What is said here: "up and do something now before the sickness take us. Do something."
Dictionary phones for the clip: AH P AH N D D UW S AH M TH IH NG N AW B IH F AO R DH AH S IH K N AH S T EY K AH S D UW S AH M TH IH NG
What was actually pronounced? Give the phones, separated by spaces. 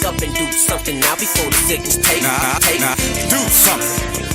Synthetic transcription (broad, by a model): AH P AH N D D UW S AH M TH IH NG N AW B IH F AO R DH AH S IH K AH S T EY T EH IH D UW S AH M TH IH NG